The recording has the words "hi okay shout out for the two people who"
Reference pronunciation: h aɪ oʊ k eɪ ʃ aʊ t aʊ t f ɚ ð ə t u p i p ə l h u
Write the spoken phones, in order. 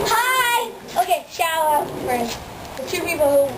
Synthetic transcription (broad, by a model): h aɪ oʊ k eɪ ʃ aʊ aʊ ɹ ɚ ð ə t u p i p l h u